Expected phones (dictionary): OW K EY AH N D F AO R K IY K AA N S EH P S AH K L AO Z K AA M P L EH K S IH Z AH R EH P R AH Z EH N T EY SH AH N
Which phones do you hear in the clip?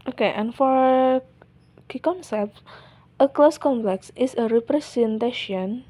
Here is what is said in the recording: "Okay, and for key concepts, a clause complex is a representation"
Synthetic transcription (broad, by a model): OW K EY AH N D F AO R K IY K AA N S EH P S AH K L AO S K AA M P L EH K S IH S AH R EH P R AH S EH N T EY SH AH N